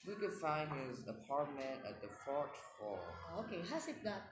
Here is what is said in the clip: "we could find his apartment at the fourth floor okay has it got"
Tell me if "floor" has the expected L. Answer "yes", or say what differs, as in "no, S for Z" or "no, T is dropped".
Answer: no, L is dropped